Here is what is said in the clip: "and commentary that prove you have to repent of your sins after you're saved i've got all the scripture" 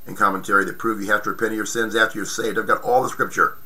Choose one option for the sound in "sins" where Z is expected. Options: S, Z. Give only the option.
Z